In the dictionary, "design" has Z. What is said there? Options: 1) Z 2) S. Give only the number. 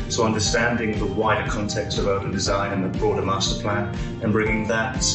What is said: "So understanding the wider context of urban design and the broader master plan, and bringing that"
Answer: 1